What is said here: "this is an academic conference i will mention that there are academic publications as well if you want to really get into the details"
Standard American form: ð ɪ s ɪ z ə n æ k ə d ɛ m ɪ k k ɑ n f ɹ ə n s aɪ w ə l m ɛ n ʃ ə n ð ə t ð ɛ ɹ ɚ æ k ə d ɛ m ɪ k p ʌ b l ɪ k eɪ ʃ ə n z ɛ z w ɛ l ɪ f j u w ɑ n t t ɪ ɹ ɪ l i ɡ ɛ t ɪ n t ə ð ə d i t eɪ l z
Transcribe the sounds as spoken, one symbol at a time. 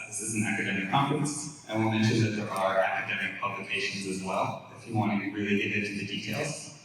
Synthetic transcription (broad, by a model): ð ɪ s ɪ z n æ k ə d ɛ m ɪ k k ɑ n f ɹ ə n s aɪ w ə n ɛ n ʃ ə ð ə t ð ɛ ɹ ɚ æ k ə d ɛ m ɪ k p ʌ b l ɪ k eɪ ʃ ə n z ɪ z w ɛ l ɪ f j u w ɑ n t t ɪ ɹ ɪ l i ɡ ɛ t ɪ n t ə ð ə d i t eɪ l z